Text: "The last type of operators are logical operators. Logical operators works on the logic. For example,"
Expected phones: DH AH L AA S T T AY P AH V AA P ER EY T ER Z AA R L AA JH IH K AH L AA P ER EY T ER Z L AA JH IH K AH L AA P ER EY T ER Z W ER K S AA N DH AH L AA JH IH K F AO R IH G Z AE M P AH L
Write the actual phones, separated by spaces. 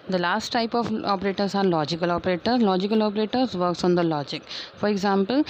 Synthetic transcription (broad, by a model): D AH L AA S T T AY P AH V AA P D EY T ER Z AA R L AA JH IH K AH L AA P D EY T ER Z L AA JH IH K AH L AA P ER EY T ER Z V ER K S AA N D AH L AA JH IH K F AO R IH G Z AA M P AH L